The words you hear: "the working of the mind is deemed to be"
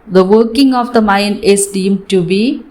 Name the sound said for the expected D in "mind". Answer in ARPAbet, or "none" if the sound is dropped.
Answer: none